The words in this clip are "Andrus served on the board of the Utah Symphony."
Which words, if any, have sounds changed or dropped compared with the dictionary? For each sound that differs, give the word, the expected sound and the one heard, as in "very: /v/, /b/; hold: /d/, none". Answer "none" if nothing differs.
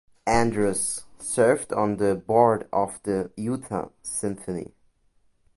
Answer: none